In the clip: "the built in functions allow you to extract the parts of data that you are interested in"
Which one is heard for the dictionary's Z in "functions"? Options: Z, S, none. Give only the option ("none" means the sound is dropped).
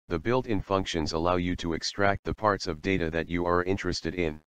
Z